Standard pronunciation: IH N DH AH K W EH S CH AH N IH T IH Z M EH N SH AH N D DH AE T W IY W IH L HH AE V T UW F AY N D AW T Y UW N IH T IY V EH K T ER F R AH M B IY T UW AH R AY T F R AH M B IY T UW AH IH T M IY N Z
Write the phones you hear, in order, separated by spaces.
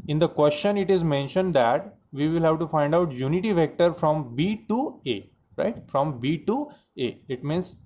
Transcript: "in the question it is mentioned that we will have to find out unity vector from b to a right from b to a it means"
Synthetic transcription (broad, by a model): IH N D AH K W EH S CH AH N IH T IH Z M EH N SH AH N D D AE T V IY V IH L HH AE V T UW F AY N D AW T Y UW N IH T IY V EH K T ER F R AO M B IY T UW AH R AY T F R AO M B IY T UW AH IH T M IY N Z